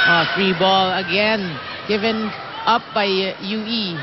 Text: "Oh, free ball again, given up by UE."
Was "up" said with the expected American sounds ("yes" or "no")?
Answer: yes